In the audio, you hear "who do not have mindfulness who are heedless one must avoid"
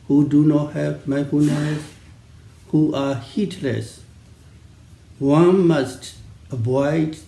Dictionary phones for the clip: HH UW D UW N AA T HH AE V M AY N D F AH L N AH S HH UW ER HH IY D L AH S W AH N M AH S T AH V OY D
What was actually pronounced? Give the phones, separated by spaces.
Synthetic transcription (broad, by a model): HH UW D UW N AA T HH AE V M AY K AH N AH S HH UW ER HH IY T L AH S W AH N M AH S T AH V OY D